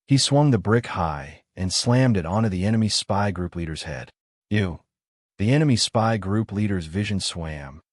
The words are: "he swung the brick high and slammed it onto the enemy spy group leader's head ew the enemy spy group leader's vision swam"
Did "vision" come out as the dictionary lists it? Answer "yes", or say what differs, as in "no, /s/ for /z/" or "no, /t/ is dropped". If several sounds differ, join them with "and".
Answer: yes